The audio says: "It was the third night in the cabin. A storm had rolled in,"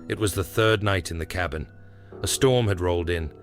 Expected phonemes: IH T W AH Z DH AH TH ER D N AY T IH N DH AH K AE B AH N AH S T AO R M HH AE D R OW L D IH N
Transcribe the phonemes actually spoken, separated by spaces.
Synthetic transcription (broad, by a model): IH T W AH Z DH AH TH ER D N AY T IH N DH AH K AE B AH N AH S T AO R M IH D R OW L D IH N